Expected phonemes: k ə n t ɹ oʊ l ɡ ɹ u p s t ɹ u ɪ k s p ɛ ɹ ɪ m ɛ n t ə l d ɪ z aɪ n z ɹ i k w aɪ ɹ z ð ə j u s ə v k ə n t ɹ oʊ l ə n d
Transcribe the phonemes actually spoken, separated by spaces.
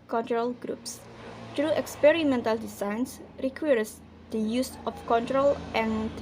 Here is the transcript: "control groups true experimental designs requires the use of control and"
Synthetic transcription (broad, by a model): k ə n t ɹ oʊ l ɡ ɹ u p s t ɹ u ɪ k s p ɛ ɹ ɪ m ɛ n t ə l d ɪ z aɪ n s ɹ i k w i ɹ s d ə j u s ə f k ə n t ɹ oʊ l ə n